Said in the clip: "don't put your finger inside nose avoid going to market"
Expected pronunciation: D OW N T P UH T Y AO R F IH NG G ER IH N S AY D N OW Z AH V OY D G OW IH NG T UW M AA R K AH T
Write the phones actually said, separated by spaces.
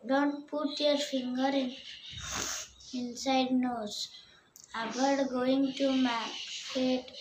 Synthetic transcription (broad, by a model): D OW N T P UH T Y AO R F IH NG G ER IH N S AY D N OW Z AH B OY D G OW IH NG T UW M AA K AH T